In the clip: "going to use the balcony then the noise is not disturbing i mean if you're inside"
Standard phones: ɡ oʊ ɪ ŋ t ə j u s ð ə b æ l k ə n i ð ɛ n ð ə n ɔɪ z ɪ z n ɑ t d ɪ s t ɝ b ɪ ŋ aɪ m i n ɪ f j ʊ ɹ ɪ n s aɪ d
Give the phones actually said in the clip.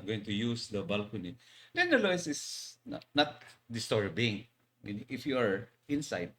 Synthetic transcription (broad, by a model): ɡ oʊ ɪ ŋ t ə j u s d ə b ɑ l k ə n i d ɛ n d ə l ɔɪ s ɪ s n ɑ t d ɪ s t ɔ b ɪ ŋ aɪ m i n ɪ f j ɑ ɹ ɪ n s aɪ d